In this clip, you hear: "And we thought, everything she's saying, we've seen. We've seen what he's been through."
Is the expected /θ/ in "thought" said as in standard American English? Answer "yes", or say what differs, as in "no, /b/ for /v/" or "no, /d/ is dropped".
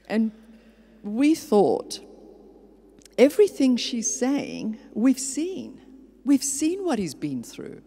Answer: yes